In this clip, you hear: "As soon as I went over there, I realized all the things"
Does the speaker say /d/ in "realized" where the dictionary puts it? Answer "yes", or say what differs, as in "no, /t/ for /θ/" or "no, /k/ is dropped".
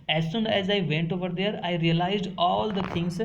yes